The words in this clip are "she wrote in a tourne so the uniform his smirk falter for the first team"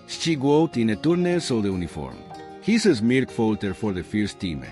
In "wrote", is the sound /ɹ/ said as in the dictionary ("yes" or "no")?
no